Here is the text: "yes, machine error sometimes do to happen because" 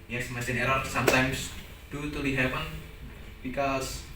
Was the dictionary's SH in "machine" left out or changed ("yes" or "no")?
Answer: yes